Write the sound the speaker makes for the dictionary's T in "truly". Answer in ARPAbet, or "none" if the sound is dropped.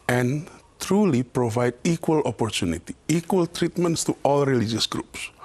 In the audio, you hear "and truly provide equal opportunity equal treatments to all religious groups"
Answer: T